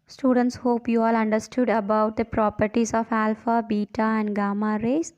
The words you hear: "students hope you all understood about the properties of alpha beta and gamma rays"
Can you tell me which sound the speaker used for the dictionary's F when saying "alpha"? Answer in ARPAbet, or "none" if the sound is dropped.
F